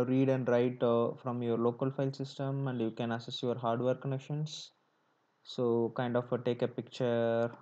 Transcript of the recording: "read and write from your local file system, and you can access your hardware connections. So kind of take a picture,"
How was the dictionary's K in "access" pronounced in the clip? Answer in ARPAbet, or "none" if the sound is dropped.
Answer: none